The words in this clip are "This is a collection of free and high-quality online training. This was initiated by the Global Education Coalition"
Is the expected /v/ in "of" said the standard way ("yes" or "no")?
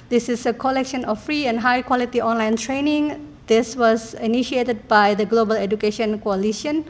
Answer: no